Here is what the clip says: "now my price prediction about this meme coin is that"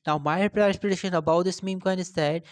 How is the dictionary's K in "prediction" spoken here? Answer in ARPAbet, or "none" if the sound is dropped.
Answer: none